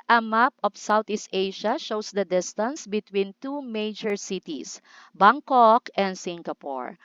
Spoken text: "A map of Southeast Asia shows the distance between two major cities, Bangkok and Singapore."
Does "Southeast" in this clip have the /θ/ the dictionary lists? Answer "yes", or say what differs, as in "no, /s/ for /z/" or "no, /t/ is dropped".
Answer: no, /t/ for /θ/